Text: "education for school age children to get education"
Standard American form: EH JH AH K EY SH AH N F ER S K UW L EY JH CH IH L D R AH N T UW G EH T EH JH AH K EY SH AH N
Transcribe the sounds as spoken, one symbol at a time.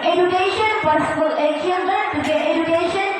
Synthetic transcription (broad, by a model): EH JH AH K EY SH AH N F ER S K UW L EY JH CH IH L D AH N T UW G EH T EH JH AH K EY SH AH N